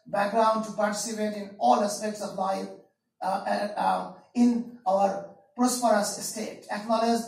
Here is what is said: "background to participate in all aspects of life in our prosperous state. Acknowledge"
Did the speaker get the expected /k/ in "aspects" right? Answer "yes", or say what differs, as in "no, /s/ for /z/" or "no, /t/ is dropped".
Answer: no, /k/ is dropped